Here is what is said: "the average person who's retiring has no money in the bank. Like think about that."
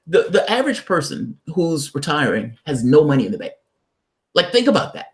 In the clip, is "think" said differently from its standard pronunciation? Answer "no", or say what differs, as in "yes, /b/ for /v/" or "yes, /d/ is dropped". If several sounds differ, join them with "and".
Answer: no